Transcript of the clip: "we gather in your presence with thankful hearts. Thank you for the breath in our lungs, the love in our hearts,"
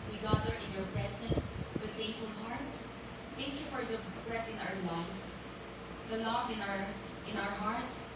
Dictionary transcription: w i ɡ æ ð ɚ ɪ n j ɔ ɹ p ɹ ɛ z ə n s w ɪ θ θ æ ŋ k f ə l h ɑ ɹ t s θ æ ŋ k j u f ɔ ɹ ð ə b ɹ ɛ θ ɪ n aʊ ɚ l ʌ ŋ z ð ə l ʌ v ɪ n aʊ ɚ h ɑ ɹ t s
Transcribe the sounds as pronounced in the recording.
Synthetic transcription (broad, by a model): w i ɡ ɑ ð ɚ ɪ n j ɔ ɹ p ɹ ɛ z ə n s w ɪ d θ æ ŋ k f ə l h ɑ ɹ t s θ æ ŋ k j u f ɔ ɹ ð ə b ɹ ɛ t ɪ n aʊ ɚ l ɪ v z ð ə l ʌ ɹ ɪ n aʊ ɚ h ɑ ɹ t s